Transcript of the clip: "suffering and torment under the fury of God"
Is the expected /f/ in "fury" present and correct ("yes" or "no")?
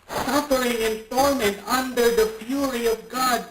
no